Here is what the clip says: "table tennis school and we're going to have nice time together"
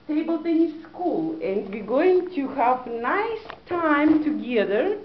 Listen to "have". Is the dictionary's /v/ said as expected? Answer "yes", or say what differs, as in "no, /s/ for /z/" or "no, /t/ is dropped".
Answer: yes